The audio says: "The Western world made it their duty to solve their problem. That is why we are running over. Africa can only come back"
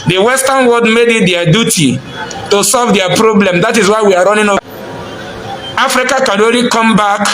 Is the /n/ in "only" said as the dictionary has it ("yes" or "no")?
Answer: no